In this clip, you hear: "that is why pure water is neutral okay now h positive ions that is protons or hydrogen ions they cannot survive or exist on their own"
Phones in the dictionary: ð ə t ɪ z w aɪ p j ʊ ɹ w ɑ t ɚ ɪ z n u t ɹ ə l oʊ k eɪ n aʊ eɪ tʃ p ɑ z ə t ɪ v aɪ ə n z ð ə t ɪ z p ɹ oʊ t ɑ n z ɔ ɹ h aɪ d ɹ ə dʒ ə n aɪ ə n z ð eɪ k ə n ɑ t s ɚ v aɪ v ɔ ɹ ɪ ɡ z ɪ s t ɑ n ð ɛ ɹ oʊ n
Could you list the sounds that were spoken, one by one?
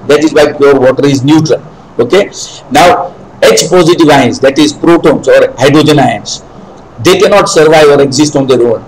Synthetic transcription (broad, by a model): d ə t ɪ z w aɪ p j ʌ ɹ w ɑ t ɚ ɪ z n u t ɹ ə l oʊ k eɪ n aʊ eɪ tʃ p ɑ z ə t ɪ v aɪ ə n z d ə t ɪ z p ɹ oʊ t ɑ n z ɔ ɹ h aɪ d ɹ ə dʒ ə n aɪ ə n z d eɪ k ə n ɑ t s ɚ v aɪ v ɔ ɹ ɪ ɡ z ɪ s t ɑ n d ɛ ɹ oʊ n